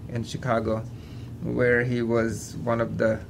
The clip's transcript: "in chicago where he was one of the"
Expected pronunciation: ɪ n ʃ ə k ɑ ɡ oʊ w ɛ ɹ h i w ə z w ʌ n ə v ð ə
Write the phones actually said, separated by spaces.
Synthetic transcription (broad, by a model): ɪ n ʃ ə k ɑ ɡ oʊ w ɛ ɹ h i w ə z w ʌ n ə v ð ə